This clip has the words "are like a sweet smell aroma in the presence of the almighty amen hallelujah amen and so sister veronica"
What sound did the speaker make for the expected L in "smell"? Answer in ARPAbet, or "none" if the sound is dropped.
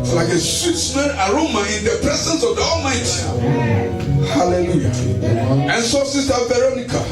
N